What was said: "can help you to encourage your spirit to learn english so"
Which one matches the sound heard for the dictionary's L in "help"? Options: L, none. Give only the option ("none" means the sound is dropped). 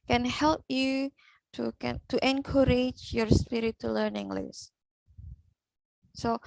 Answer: L